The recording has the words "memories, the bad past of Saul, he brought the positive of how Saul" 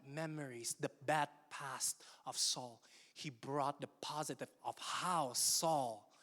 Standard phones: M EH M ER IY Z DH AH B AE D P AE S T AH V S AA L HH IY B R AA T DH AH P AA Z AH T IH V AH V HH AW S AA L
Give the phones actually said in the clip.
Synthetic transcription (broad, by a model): M EH M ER IY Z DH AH B AE D P AE S T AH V S AA L HH IY B R AA T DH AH P AA Z AH T IH V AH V HH AW S AA L